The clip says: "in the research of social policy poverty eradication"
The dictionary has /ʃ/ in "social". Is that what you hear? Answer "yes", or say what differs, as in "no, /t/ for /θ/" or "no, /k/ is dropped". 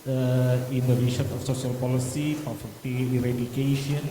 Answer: no, /s/ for /ʃ/